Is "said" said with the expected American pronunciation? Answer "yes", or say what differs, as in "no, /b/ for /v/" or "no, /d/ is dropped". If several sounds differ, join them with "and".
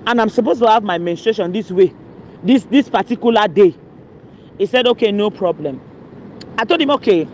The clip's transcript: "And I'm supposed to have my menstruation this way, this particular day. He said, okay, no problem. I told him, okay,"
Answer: yes